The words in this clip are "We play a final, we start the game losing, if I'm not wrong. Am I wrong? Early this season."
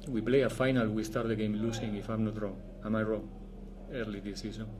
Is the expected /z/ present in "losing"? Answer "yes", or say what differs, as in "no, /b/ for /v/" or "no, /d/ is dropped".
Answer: no, /s/ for /z/